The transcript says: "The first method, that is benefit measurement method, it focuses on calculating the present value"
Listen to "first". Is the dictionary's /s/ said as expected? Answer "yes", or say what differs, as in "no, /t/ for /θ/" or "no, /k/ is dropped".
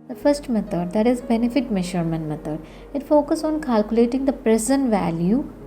yes